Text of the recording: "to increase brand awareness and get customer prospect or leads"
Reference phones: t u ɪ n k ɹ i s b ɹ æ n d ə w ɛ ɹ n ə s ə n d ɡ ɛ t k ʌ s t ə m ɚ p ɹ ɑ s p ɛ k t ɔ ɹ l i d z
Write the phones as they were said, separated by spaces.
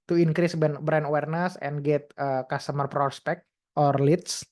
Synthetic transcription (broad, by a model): t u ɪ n k ɹ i s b ɛ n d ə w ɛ ɹ n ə s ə n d ɡ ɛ t k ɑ s t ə m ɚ p ɹ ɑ s p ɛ k t ɔ ɹ l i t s